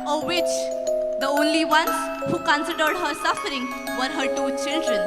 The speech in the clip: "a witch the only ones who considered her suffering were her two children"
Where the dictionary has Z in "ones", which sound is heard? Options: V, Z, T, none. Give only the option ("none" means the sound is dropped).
none